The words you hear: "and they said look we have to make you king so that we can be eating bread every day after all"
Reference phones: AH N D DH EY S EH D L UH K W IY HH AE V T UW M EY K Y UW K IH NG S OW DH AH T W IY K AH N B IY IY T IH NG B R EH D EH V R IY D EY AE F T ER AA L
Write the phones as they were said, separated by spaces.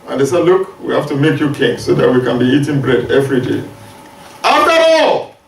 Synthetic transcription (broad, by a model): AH N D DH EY S EH D L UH K W IY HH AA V T UW M EY K Y UW K IH NG S OW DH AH T W IY K AH N B IY IY T IH NG B R EH D EH V R IY D EY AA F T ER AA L